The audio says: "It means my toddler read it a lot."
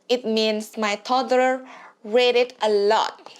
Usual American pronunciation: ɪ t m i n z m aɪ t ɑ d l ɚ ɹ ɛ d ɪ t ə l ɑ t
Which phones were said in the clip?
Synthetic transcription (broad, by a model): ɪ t m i n s m aɪ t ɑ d ɚ ɹ ɛ d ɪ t ə l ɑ t